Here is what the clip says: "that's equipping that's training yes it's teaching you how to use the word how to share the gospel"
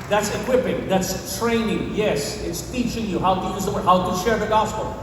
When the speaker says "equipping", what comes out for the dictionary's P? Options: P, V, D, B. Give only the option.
P